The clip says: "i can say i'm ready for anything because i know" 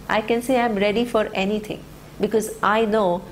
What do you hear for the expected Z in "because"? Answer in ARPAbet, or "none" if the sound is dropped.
Z